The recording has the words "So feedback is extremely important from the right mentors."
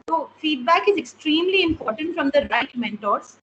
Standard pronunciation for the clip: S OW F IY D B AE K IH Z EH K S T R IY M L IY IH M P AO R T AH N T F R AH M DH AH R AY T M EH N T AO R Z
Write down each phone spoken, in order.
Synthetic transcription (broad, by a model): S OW F IY D B AE K IH Z EH K S T R IY M L IY IH M P AO R T AH N T F R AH M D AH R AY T M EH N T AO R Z